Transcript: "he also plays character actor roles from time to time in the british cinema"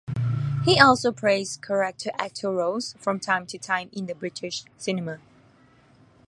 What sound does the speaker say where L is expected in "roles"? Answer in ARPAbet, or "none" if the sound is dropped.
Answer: none